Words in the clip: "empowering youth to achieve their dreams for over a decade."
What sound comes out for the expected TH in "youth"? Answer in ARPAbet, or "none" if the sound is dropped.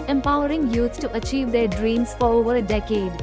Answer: S